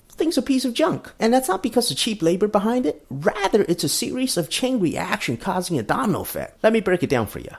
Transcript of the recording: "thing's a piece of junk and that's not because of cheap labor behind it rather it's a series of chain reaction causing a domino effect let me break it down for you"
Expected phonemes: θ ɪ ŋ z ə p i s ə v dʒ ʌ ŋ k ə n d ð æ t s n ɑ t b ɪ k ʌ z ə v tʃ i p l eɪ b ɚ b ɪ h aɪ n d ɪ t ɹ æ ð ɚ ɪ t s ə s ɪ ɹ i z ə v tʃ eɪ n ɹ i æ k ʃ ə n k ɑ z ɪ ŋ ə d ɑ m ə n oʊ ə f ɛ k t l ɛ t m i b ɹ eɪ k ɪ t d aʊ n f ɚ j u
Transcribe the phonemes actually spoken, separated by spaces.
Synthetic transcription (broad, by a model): θ ɪ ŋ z ə p i s ə v dʒ ʌ ŋ k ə n ð æ t s n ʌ t b ɪ k ʌ z ə v tʃ i p l eɪ b ɚ b ɪ h aɪ n d ɪ t ɹ æ ð ɚ ɪ t s ə s ɪ ɹ i z ə v tʃ eɪ n ɹ i æ k ʃ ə n k ɑ z ɪ ŋ ə d ɑ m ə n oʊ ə f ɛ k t l ɛ t m i b ɹ eɪ k ɪ t d aʊ n f ɚ j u